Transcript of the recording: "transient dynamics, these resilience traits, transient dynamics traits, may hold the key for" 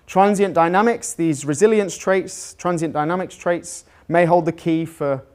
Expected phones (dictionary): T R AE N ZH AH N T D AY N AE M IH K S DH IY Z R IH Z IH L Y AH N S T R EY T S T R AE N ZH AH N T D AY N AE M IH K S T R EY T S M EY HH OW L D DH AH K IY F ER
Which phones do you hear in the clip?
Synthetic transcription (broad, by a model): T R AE N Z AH N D AY N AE M IH K S DH IY Z R IH Z IH L Y AH N S T R EY T S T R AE N Z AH N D AY N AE M IH K S T R EY T S M EY HH OW L D DH AH K IY F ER